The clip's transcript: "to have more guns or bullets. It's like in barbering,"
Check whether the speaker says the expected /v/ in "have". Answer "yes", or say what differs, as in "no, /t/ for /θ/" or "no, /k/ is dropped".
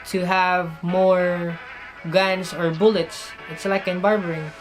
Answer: yes